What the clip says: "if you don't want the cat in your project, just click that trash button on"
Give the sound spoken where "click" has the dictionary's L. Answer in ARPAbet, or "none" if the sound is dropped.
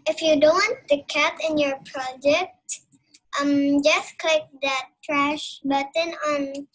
L